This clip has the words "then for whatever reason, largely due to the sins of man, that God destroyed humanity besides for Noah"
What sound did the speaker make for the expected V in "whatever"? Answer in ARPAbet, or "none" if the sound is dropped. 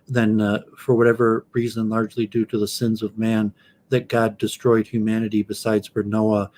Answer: V